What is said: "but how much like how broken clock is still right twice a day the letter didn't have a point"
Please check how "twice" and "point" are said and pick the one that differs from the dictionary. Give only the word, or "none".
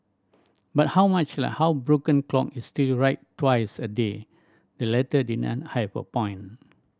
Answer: point